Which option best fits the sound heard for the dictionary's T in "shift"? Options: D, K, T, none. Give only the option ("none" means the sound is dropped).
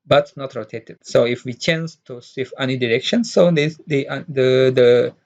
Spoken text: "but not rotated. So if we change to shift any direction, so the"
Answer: none